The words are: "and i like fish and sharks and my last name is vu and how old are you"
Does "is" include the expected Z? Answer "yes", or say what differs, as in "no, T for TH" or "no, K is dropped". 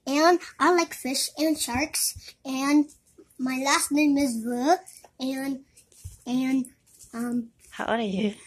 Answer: yes